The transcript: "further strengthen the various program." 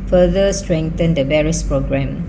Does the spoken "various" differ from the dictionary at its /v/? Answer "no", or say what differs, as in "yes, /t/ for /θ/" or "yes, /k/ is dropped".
yes, /b/ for /v/